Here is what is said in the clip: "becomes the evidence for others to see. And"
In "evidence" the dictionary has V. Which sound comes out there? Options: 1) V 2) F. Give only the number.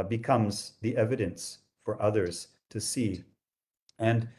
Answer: 1